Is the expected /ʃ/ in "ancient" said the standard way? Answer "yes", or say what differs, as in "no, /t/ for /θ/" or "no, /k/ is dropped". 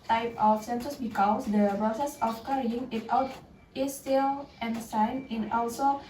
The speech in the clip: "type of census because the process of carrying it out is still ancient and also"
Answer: no, /s/ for /ʃ/